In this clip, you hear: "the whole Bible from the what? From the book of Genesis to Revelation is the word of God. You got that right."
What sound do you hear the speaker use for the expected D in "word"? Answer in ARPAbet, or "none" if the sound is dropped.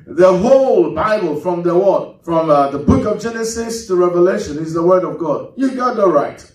D